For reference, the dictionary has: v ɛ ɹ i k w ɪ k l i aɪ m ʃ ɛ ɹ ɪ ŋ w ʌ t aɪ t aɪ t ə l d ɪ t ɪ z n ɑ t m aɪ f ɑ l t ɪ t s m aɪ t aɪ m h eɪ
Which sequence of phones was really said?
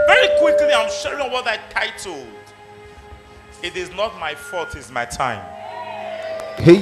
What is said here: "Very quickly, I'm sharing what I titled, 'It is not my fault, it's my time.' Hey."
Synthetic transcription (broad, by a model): v ɛ ɹ i k w ɪ k l i aɪ m ʃ ɛ ɹ ɪ ŋ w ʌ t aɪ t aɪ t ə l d ɪ t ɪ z n ɑ t m aɪ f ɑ t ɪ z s m aɪ t aɪ m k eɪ